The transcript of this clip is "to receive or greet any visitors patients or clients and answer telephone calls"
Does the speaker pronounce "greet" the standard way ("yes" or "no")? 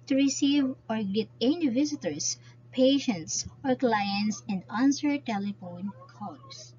no